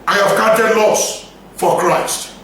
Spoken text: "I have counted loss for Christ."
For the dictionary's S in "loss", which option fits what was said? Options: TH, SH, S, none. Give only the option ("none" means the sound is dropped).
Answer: S